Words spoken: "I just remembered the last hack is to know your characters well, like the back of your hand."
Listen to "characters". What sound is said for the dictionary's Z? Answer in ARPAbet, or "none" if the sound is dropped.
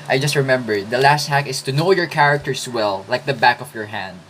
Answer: S